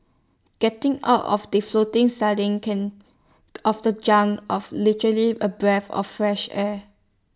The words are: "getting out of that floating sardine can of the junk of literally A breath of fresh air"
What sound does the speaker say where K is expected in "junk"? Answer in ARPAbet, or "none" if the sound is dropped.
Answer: none